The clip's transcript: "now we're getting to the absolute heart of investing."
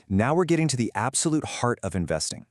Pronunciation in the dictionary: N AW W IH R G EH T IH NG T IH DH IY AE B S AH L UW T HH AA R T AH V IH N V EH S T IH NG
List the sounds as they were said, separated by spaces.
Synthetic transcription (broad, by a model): N AW W IH R G EH T IH NG T IH DH IY AE B S AH L UW T HH AA R T AH V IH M V EH S T IH NG